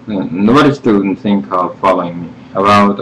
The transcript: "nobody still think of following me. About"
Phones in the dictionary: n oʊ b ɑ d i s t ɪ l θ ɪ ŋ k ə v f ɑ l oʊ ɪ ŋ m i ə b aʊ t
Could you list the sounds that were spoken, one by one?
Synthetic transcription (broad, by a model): n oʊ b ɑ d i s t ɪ n θ ɪ ŋ k ə v f ɑ l oʊ ɪ ŋ m i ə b aʊ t